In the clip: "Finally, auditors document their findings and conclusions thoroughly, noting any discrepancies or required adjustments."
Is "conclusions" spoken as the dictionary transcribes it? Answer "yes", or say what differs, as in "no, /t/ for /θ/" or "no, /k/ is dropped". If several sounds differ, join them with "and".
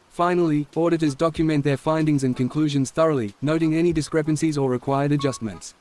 yes